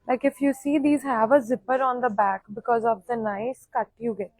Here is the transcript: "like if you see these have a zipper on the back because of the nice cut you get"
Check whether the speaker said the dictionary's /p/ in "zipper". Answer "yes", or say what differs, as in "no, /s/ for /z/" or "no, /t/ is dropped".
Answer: yes